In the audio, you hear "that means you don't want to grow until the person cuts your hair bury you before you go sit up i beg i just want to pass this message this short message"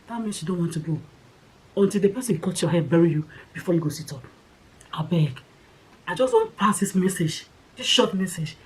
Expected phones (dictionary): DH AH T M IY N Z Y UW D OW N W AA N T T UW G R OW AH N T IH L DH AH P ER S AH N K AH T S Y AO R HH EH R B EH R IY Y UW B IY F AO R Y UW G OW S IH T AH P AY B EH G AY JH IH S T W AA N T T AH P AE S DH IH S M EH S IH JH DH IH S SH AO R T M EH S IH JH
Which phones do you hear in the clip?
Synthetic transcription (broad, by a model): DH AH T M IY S Y UW D OW N W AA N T T UW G OW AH N T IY L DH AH P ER S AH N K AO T Y AO HH EH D B EH R IY Y UW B IY F AO Y UW G OW S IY T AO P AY B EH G AY JH IH S T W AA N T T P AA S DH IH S M EH S IH JH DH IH S SH AO T M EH S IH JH